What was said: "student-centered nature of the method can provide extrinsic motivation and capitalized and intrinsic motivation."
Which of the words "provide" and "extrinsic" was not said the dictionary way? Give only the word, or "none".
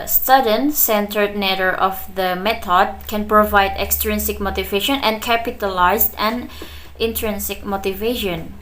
none